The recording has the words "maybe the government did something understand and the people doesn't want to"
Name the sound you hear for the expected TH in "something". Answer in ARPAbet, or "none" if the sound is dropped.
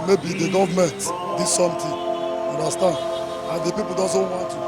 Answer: T